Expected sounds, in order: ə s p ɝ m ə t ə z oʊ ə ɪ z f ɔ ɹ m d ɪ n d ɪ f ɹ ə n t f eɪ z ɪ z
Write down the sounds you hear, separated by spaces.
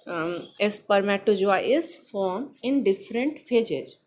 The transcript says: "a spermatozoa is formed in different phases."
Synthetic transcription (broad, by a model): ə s p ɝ m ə t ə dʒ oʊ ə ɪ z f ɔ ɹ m ɪ n d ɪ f ɹ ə n t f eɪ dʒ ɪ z